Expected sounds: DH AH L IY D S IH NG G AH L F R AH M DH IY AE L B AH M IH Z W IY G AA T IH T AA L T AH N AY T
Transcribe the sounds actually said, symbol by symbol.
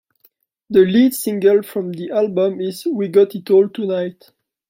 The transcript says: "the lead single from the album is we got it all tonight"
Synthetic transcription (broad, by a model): DH AH L IY D S IH NG G AH L F R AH M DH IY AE L B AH M IH Z W IY G AA T IH T AA L T AH N AY T